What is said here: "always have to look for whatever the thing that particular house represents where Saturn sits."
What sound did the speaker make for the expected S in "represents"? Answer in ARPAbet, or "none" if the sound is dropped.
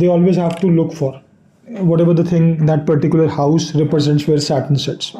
S